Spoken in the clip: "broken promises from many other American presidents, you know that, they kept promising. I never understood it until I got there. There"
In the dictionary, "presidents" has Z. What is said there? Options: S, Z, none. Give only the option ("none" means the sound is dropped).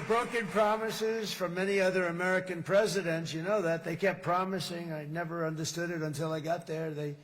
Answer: Z